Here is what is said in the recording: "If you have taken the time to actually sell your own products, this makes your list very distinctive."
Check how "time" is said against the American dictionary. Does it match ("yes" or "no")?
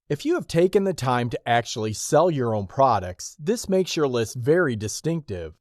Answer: yes